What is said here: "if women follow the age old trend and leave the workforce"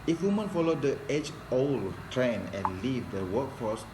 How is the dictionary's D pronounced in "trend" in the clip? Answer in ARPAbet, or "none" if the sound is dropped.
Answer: none